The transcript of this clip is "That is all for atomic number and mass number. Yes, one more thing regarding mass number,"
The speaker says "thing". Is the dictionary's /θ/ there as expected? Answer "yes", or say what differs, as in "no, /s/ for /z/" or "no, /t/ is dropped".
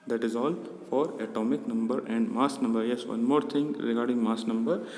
no, /t/ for /θ/